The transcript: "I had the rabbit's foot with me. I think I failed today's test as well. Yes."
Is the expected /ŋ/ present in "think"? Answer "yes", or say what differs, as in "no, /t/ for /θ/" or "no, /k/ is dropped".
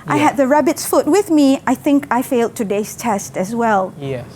yes